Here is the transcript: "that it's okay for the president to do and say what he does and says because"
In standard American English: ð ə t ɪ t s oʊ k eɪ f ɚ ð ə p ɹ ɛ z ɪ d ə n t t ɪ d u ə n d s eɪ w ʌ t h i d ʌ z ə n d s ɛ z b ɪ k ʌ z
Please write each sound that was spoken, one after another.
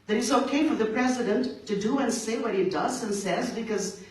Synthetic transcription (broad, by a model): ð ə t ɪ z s oʊ k eɪ f ɚ ð ə p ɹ ɛ z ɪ d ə n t t ɪ d u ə n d s eɪ w ʌ t h i d ʌ z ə n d s ɛ z b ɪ k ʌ z